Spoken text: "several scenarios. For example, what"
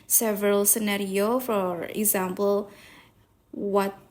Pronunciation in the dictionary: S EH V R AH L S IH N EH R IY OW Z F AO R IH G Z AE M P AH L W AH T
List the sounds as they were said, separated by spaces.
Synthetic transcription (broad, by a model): S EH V R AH L S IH N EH R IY OW F AO R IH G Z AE M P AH L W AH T